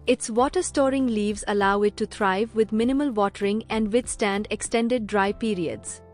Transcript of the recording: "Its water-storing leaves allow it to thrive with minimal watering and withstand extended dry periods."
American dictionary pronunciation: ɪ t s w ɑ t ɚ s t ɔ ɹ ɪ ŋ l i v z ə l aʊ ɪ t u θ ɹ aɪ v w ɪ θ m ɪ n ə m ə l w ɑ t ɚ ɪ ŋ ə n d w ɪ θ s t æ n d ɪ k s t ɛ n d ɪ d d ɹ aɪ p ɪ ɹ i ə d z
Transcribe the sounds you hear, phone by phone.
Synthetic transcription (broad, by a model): ɪ t s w ɑ t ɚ s t ɔ ɹ ɪ ŋ l i v z ə l aʊ ɪ t u t ɹ aɪ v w ɪ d m ɪ n ə m ə l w ɑ t ɚ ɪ ŋ ə n d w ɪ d s t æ n d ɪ k s t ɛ n d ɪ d d ɹ aɪ p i ɹ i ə d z